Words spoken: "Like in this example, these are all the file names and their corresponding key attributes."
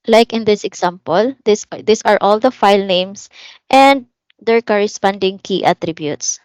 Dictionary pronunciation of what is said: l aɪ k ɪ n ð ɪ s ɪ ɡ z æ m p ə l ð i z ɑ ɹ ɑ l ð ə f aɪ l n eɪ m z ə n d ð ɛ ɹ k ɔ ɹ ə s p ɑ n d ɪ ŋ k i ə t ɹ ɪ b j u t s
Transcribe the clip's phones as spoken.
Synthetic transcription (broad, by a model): l aɪ k ɪ n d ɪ s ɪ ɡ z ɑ m p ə l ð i s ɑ ɹ ɑ l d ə f aɪ l n eɪ m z ə n d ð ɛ ɹ k ɔ ɹ ə s p ɑ n d ɪ ŋ k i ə t ɹ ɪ b j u t s